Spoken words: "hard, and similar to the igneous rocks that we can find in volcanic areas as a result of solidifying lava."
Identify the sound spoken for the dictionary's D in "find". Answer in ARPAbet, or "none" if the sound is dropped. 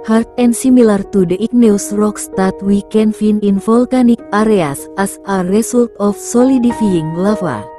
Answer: none